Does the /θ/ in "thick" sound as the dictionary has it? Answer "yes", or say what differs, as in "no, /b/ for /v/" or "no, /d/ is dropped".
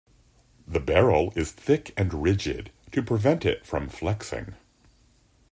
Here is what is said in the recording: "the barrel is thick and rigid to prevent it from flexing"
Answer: yes